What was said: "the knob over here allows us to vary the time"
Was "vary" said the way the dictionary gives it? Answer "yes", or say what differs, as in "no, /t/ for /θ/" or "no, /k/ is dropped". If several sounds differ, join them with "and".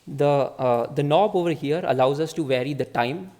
yes